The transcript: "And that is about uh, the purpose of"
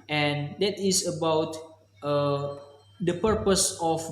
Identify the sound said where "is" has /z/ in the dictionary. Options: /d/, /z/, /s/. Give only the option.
/s/